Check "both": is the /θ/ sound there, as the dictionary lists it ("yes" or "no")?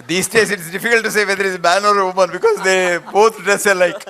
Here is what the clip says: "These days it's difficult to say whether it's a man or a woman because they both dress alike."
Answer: no